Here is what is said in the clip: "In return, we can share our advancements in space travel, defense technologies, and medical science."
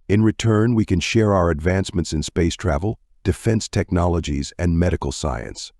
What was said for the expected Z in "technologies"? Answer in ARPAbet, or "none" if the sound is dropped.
Z